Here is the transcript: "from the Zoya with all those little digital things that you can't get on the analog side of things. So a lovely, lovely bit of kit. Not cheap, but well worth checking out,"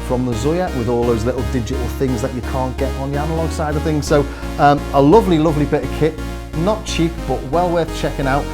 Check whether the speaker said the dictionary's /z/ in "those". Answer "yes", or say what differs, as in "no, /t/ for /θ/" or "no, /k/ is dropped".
yes